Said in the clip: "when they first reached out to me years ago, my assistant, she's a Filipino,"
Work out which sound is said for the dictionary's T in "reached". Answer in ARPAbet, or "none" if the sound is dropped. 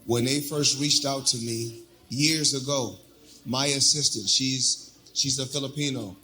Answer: T